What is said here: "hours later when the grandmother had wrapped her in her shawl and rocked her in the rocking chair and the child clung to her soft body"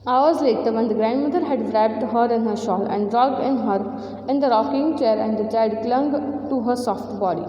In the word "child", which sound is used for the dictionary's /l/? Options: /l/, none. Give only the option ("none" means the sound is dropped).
none